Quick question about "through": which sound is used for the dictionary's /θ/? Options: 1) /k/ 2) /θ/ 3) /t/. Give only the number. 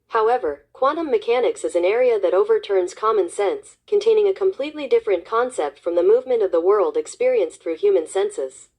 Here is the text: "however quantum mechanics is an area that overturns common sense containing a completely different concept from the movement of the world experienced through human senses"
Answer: 2